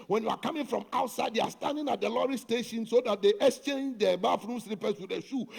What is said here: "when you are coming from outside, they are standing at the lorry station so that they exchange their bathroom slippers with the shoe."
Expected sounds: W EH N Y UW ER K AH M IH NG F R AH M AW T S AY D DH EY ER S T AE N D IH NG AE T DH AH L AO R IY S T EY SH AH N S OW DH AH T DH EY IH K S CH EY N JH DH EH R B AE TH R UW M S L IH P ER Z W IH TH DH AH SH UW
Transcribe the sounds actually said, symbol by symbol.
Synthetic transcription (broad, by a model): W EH N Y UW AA K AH M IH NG F R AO M AW T S AY D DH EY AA S T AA N D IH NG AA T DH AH L AO R IY S T EY SH AH N S OW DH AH T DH EY IH K S CH EY N JH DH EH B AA F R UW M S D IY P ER S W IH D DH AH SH UW